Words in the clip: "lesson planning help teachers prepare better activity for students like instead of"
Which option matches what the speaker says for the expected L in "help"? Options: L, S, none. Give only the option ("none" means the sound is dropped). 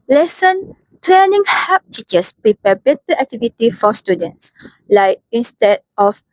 none